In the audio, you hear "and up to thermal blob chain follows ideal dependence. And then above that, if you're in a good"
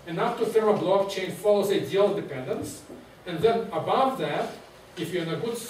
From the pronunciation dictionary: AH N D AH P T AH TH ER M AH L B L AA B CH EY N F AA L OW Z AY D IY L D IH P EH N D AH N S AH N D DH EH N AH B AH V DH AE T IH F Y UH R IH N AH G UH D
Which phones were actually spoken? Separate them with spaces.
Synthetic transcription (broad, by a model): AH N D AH F T AH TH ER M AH B L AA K CH EY N F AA L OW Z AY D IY L D IH P EH N D AH N S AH N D DH EH N AH B AH V DH AE T IH F Y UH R IH N AH G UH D